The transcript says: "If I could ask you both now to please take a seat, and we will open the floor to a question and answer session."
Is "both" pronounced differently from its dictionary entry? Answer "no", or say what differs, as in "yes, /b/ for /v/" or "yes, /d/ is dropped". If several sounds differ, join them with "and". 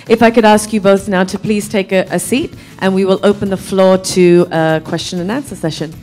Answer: no